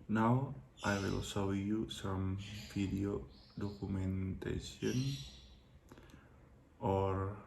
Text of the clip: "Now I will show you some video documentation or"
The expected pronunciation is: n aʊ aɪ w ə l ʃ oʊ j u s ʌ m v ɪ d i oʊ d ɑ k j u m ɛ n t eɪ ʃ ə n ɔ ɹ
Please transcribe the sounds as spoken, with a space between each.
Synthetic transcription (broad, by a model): n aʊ aɪ w ə l s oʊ j u s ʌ m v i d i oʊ d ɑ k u m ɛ n t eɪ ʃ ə n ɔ ɹ